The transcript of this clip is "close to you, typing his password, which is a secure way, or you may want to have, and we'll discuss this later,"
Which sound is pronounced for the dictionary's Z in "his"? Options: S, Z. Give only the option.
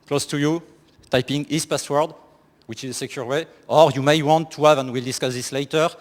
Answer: S